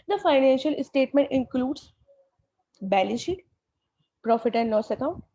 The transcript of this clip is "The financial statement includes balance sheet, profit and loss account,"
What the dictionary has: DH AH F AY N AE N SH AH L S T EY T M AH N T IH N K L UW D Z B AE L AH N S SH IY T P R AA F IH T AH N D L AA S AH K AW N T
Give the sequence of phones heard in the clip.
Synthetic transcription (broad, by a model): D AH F AY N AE N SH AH L S T EY T M AH N T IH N K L UW D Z B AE L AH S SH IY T P R AA F IH T AH N D N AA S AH K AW N T